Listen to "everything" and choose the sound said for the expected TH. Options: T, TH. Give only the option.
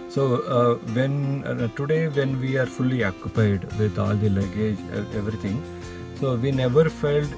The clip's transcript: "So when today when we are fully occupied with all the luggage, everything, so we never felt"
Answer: T